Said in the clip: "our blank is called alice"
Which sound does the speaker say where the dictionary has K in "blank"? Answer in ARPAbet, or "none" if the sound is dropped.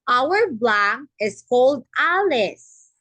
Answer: none